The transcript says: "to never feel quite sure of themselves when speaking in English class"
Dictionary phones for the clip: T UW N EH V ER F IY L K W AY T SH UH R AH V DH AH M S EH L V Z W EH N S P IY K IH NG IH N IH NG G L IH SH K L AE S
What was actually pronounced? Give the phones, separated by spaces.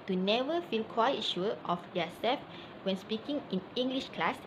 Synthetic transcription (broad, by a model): T UW N EH V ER F IY L K W AY T SH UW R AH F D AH S EH L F W EH N S P IY K IH NG IH N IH NG G L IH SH K L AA S